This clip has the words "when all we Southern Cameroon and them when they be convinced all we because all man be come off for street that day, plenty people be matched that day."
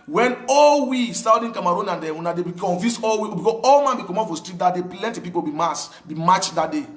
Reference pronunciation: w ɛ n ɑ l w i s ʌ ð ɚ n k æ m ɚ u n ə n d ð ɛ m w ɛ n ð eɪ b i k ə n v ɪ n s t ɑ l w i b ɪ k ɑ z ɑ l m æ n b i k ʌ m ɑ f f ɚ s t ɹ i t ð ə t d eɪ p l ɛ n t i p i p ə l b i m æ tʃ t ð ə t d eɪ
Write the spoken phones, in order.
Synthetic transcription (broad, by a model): w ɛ n ɑ l w i s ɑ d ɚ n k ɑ m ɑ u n ə n d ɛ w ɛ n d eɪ b i k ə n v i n s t ɑ l w i b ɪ k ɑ ɑ l m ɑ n b i k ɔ m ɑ p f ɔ s t ɹ i t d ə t d eɪ p l ɛ n t i p i p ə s b i m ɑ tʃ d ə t d eɪ